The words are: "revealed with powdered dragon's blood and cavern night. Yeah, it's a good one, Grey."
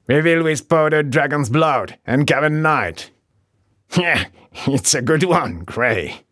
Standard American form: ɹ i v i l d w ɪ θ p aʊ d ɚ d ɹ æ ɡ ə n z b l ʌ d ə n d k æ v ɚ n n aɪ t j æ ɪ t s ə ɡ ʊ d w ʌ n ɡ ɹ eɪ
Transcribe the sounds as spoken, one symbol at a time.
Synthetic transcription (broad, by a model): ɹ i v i l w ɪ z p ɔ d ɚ d ɹ æ ɡ ə n z b l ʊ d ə n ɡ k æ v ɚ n n aɪ t j æ ɪ t s ə ɡ ʊ d w ʌ n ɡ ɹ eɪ